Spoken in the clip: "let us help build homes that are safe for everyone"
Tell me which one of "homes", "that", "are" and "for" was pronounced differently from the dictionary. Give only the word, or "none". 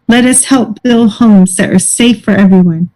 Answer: none